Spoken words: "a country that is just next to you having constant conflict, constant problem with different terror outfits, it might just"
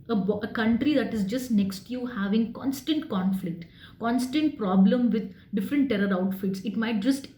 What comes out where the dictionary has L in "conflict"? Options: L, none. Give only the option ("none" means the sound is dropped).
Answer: L